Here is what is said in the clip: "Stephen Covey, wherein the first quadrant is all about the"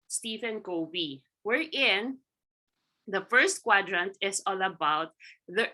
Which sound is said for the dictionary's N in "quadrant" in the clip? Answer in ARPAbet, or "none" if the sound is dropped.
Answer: N